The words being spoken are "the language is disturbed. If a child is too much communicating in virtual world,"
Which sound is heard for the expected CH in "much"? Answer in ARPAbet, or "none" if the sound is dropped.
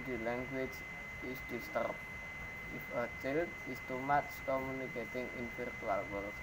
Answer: S